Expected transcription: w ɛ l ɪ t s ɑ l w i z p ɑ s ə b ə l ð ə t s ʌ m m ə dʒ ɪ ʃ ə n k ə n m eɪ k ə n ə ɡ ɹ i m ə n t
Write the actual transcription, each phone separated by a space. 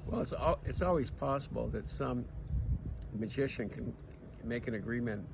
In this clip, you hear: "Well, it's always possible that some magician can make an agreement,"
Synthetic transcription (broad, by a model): w ɛ l ɪ t s ɑ l w i z p ɑ s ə b l ð ə t s ʌ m m ə dʒ ɪ ʃ ə n k ə n m eɪ k ə n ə ɡ ɹ i m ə n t